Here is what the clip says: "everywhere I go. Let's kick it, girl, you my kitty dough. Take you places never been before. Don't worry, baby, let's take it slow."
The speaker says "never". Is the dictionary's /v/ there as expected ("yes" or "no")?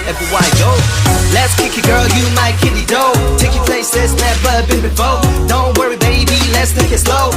no